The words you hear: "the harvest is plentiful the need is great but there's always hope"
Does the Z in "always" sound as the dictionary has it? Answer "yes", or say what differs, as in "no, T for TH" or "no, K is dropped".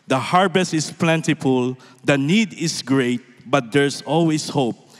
no, S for Z